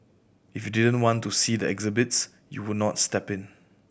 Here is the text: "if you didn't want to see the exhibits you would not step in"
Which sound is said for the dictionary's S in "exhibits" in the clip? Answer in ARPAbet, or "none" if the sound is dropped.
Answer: S